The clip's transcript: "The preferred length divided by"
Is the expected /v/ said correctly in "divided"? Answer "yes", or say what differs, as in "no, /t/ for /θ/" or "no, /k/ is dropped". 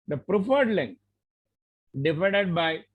no, /f/ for /v/